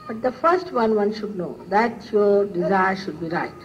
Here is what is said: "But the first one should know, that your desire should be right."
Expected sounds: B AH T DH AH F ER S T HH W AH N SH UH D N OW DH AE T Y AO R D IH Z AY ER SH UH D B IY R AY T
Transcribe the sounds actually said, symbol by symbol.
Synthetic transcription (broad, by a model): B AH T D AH F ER S T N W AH N SH UH D N OW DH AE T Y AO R D IH Z AY ER SH UH D B IY R AY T